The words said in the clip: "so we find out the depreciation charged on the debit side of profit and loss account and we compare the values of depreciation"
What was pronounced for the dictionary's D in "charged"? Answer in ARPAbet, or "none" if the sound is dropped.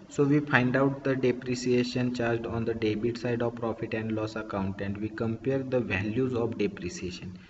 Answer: D